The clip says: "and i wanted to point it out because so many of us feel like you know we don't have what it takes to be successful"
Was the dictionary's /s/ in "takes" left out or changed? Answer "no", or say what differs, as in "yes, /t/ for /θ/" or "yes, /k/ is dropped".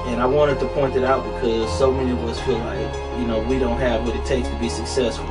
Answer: yes, /s/ is dropped